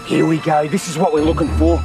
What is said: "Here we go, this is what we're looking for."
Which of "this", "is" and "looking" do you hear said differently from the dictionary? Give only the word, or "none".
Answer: none